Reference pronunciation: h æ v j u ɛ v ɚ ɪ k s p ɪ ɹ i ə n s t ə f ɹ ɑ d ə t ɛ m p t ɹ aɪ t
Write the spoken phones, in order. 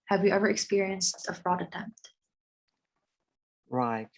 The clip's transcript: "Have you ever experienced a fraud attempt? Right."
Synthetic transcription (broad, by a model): h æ v j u ɛ v ɚ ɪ k s p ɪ ɹ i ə n s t ə f ɹ ɑ d ə t ɛ m p t ɹ aɪ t